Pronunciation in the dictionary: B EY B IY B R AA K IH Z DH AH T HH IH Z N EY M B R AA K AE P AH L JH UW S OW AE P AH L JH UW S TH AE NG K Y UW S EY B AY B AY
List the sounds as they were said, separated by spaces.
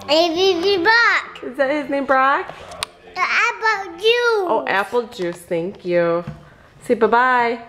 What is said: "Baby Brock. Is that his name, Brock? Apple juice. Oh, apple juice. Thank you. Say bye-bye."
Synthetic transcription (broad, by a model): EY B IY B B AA K IH Z DH AH T HH IH Z N EY M B R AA K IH B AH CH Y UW OW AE P L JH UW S TH AE NG K Y UW S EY B AY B AY